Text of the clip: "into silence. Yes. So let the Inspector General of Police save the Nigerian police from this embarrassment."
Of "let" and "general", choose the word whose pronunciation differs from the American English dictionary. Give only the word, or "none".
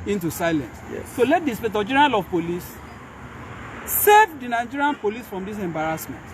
general